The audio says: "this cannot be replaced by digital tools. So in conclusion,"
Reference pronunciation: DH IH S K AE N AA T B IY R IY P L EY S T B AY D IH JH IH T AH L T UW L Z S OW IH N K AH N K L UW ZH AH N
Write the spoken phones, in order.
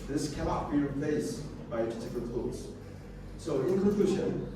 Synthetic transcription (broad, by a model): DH IH S K AE N AA T B IY R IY P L EY S B AY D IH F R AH N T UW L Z S OW IH N K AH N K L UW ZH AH N